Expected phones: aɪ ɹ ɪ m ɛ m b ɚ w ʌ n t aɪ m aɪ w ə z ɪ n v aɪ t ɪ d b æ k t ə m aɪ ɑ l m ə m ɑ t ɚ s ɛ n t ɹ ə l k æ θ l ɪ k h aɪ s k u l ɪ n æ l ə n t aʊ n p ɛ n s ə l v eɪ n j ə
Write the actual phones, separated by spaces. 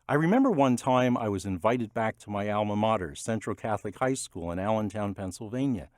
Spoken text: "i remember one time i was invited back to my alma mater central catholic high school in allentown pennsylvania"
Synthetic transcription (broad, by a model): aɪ ɹ ɪ m ɛ m b ɚ w ʌ n t aɪ m aɪ w ə z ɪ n v aɪ t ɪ d b æ k t ə m aɪ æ l m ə m ɑ t ɚ s ɛ n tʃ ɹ l k æ θ l ɪ k h aɪ s k u l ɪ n æ l ə n t aʊ n p ɛ n s l v eɪ n j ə